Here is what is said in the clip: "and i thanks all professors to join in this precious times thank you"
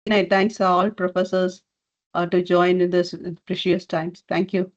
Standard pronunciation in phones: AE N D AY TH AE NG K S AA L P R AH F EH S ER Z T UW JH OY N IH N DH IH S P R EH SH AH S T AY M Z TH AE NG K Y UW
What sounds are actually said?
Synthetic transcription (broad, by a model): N AY T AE NG K S AA L P R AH F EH S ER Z T UW JH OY IH N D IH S P R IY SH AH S T AY M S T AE NG K Y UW